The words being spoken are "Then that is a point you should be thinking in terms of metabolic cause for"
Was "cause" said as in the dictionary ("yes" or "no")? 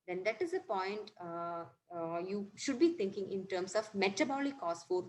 no